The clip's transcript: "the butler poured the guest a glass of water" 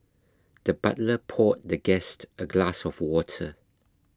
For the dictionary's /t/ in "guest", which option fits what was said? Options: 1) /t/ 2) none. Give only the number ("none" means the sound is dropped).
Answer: 1